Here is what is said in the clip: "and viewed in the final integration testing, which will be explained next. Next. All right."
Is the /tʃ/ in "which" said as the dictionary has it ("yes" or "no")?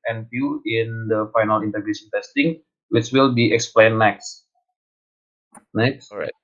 no